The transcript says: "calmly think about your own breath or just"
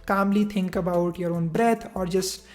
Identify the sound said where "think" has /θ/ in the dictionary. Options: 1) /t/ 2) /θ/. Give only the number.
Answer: 1